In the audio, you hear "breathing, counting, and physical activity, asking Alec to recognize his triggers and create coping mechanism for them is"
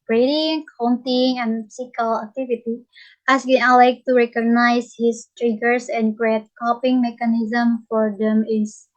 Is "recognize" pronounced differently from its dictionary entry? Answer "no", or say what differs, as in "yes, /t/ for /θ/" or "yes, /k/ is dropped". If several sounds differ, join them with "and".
yes, /s/ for /z/